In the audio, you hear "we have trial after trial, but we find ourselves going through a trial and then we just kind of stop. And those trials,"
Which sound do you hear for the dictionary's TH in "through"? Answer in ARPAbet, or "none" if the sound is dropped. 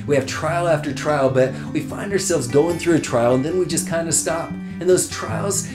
TH